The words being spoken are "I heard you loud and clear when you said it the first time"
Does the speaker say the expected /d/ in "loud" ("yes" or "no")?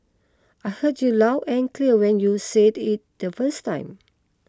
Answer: no